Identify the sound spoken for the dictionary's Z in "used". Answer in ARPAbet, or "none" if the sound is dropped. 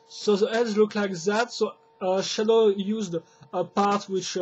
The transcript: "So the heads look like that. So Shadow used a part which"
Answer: Z